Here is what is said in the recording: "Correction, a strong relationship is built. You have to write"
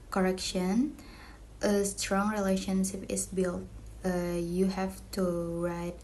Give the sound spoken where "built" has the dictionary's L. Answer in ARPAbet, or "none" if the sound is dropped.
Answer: L